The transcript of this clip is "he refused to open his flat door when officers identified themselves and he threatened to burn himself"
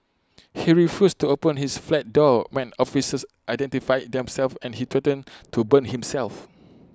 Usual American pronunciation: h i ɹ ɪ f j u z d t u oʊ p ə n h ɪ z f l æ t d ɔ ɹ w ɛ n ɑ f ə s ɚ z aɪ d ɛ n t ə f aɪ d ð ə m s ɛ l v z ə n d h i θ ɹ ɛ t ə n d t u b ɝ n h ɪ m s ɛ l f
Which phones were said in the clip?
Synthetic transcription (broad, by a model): h i ɹ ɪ f j u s t u oʊ p ə n h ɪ s f l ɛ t d ɔ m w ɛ n ɑ f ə s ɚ s aɪ d ɛ n t ə f aɪ d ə m s ɛ l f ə n h i t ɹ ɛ t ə n t u b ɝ n h ɪ m s ɛ l f